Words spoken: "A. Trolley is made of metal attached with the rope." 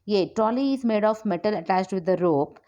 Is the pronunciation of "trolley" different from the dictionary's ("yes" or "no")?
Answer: yes